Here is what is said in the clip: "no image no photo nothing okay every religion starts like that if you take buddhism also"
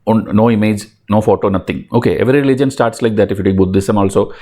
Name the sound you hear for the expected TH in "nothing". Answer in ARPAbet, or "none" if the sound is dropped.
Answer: T